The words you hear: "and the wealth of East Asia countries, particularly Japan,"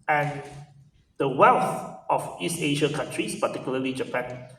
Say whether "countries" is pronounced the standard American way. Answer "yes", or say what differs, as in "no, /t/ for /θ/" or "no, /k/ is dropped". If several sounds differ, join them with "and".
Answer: no, /s/ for /z/